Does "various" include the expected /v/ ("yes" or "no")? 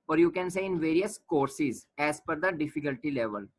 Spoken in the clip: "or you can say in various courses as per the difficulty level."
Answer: yes